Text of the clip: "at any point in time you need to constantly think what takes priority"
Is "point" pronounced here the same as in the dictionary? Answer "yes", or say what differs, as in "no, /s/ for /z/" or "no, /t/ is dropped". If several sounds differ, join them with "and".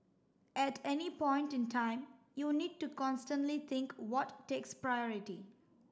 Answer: yes